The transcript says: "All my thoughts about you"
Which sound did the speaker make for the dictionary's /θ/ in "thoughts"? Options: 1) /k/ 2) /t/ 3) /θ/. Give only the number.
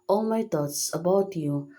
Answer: 2